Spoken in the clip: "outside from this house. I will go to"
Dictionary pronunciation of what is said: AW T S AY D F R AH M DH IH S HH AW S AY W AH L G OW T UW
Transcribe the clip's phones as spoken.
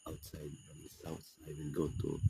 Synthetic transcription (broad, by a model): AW T S AY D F R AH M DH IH S AW TH AY W AH L G OW T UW